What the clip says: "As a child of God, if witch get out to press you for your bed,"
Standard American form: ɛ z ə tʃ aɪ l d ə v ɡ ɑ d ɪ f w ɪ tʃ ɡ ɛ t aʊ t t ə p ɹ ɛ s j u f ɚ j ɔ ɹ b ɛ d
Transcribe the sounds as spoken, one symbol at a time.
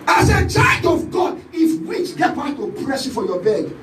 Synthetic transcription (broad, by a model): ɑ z ə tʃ aɪ d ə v ɡ ɑ d ɪ f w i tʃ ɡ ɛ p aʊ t t ə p ɹ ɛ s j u f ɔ j ɔ b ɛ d